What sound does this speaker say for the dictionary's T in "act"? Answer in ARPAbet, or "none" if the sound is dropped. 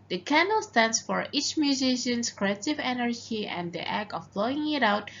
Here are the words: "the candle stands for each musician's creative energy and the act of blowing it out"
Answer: none